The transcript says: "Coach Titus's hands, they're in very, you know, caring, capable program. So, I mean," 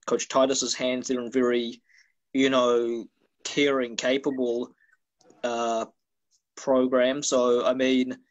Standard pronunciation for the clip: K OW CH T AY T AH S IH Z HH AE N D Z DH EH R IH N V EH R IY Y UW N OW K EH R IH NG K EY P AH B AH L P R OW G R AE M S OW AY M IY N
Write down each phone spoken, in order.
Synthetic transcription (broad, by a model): K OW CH T AY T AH S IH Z HH AE N D Z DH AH R IH N V EH R IY Y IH N OW K EH R IH NG K EY P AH B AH L P R OW G R AE M S OW AY M IY N